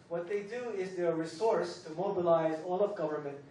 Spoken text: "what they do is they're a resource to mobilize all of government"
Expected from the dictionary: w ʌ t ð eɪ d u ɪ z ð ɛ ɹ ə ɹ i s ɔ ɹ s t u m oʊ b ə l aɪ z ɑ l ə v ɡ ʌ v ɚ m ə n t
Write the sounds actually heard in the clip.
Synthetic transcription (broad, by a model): w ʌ t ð eɪ d u ɪ z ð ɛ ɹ ɹ i s ɔ ɹ s t u m oʊ b ə l aɪ z ɑ l ə v ɡ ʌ v ɚ m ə n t